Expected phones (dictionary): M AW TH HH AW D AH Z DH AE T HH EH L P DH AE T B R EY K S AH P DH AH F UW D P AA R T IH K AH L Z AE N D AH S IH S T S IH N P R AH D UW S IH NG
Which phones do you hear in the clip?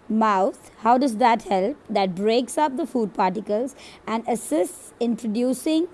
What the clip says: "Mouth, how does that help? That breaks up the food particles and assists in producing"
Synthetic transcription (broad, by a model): M AW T HH AW D AH Z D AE T HH EH L P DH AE T B R EY K S AH P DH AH F UW D P AA R T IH K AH L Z AE N D AH S IH S T S IH N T R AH D UW S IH NG